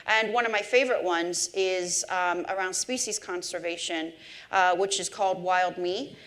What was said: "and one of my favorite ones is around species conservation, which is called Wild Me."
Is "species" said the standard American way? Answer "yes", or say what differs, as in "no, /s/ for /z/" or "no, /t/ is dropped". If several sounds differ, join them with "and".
yes